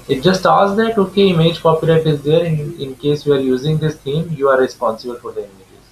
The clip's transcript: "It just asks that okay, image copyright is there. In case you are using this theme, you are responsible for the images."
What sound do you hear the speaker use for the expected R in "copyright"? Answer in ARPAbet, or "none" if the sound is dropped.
L